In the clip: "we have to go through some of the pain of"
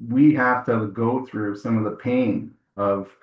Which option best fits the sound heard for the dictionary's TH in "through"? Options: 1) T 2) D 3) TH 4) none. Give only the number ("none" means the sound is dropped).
3